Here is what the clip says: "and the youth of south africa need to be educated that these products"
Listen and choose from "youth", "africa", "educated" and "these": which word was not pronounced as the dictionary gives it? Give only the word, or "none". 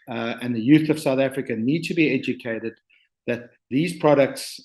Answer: none